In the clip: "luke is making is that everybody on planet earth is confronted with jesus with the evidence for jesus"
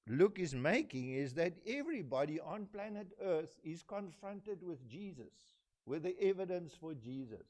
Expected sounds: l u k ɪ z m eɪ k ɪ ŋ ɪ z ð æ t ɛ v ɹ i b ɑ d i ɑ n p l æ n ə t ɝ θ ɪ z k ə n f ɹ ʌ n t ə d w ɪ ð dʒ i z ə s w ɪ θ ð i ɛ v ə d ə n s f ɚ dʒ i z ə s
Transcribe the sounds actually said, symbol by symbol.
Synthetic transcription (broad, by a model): l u k ɪ z m eɪ k ɪ ŋ ɪ z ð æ t ɛ v ɹ i b ɑ d i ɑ n p l æ n ə t ɝ θ ɪ z k ə n f ɹ ʌ n t ə d w ɪ ð dʒ i z ə s w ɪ ð i ɛ v ə d ə n s f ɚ dʒ i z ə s